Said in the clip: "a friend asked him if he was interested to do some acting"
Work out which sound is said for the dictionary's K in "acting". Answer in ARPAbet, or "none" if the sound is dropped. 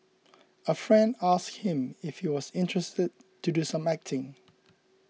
K